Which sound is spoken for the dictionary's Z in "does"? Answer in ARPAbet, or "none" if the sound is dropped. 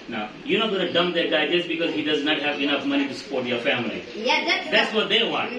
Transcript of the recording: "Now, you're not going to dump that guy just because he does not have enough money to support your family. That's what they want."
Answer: Z